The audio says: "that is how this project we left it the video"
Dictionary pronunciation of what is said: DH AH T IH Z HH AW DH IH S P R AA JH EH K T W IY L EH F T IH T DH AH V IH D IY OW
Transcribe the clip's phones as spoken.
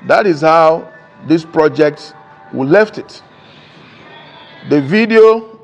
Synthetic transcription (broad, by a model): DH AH T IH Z HH AW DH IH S P R AA JH EH K T W IY L EH F T IH T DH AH V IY D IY OW